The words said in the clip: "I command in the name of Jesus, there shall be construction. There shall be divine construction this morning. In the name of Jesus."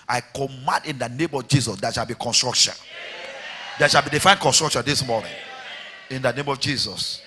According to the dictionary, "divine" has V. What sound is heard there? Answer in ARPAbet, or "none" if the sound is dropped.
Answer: F